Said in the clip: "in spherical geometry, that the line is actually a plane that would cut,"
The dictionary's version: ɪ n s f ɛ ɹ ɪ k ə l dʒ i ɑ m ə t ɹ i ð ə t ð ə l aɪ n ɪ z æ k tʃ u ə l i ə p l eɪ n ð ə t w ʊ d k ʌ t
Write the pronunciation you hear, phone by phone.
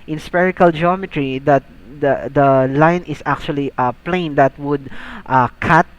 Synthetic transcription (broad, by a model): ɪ n s p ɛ ɹ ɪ k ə l dʒ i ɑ m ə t ɹ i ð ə t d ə l aɪ n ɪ s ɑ k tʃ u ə l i ə p l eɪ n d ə t w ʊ d k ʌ t